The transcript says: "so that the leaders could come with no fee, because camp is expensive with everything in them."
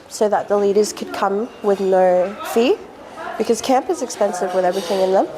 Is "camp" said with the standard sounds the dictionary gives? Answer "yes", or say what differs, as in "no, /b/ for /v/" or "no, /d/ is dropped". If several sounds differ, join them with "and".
yes